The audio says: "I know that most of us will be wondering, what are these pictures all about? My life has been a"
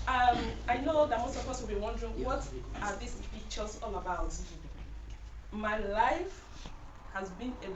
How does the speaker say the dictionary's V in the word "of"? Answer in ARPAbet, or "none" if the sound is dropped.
P